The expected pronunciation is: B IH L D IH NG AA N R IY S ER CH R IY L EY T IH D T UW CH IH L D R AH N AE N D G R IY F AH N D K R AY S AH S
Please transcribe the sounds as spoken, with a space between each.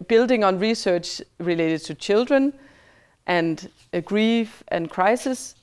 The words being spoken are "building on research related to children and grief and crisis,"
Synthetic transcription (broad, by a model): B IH L D IH NG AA N R IY S ER CH R IY L EY T IH D T UW CH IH L D R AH N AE N D G R IY F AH N K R AY S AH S